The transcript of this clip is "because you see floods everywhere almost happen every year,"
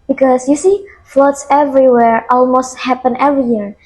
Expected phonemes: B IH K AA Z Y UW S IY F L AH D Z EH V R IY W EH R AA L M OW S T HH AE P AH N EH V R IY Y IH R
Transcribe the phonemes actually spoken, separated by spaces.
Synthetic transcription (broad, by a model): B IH K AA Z Y UW S IY F L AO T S EH V R IY W EH R AA L M OW S T HH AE P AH N EH V R IY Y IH R